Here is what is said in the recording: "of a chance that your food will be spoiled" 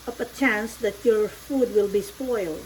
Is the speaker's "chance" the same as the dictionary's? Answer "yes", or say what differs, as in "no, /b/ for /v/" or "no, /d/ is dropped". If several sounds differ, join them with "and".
yes